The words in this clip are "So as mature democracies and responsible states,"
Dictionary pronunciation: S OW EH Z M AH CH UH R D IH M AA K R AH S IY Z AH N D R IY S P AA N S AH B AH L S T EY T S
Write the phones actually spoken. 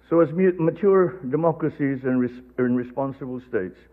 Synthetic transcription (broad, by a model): S OW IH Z M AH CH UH R D IH M AA K R AH S IY Z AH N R R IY S P AA N S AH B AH L S T EY T S